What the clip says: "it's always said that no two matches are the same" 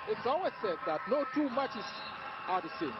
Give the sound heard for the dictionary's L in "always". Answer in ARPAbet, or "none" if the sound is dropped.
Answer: none